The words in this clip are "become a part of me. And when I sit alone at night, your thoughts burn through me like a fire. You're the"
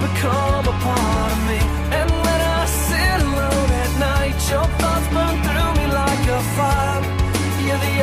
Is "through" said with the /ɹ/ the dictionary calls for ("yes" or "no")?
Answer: yes